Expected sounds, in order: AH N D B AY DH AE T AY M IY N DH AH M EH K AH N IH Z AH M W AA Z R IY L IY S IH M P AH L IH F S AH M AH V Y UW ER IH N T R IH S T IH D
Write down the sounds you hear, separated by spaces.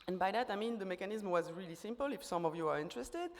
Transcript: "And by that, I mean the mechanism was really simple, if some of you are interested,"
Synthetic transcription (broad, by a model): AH N B AY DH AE T AY M IY N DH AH M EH K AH N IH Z M W AA Z R IY L IY S IH M P AH L IH F S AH M AH V Y UW ER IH N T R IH S T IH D